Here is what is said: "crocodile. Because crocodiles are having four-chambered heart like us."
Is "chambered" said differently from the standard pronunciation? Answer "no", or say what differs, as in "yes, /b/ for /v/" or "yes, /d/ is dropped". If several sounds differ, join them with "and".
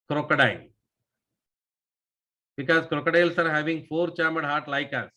yes, /b/ is dropped